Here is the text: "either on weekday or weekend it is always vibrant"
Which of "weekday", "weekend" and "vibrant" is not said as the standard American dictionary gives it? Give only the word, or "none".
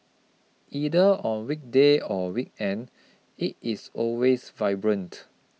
none